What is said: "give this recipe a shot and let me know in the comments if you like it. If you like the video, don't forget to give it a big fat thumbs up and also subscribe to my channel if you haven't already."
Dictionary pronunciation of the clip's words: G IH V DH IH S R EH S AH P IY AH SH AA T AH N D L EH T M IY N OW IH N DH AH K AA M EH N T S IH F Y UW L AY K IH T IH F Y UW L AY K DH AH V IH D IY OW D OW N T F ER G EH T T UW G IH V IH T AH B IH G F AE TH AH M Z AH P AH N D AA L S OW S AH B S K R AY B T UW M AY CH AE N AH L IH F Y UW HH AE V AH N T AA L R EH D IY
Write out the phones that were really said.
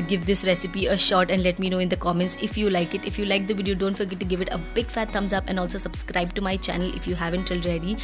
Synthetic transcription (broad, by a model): G IH V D IH S R EH S AH P IY AH SH AA T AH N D L EH T M IY N OW IH N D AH K AA M EH N T S IH F Y UW L AY K IH T IH F Y UW L AY K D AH V IH D IY OW D OW N T F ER G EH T T UW G IH V IH T AH B IH G F AE T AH M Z AH P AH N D AA L S OW S AH B S K R AY B T UW M AY CH AE N AH L IH F Y UW HH AE V AH N T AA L R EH D IY